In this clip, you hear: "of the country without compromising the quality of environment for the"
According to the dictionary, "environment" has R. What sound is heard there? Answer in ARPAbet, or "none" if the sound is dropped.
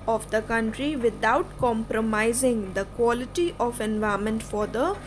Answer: none